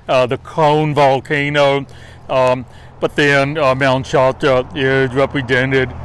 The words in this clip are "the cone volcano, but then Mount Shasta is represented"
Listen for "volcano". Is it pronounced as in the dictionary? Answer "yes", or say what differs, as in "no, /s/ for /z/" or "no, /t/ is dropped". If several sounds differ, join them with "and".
yes